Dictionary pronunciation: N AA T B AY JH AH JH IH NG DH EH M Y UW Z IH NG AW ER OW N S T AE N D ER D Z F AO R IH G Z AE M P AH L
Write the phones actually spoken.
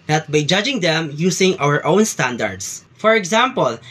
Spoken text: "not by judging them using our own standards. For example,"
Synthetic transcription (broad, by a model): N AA T B AY JH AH JH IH NG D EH M Y UW S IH NG AW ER OW N S T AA N D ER D S F AO R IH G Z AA M P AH L